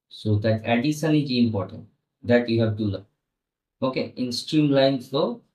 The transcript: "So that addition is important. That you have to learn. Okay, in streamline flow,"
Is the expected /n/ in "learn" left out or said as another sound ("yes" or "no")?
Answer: yes